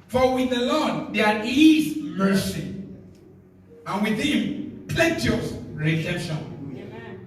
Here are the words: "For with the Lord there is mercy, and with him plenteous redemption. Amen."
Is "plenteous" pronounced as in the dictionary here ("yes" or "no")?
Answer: no